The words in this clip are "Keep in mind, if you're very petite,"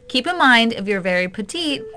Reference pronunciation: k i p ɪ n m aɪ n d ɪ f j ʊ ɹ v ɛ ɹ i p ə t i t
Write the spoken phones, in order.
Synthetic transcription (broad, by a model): k i p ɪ m aɪ n d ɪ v j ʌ ɹ v ɛ ɹ i p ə t i t